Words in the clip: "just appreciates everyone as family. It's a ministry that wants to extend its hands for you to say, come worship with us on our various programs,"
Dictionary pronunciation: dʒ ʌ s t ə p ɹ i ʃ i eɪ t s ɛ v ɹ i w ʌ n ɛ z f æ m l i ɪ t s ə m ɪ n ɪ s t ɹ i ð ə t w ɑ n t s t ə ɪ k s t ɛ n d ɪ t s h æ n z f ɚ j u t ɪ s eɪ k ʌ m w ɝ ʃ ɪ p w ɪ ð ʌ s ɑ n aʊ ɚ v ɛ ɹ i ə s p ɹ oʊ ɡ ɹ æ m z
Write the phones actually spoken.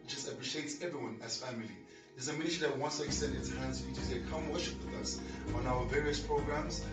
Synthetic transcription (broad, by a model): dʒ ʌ s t ə p ɹ i ʃ i eɪ t s ɛ v ɹ i w ʌ n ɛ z f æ m l i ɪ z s ə m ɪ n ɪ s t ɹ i ð ə t w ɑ n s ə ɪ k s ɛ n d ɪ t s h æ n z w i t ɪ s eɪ k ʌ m w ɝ ʃ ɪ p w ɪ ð ʌ s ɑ n aʊ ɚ v ɛ ɹ i ə s p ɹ oʊ ɡ ɹ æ m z